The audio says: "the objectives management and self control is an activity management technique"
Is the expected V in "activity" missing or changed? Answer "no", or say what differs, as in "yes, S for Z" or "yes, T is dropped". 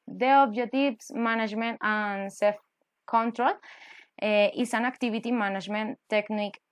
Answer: yes, B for V